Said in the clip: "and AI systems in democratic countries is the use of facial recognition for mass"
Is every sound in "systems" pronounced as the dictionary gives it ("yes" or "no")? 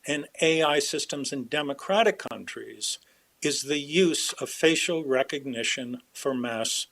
yes